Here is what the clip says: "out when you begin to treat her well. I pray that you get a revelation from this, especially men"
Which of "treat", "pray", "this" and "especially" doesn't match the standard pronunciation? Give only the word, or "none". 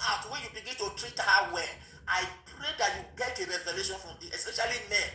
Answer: this